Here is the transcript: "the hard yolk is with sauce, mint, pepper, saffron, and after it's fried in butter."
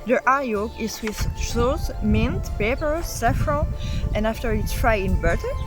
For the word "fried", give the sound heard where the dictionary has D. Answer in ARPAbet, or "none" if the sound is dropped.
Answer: none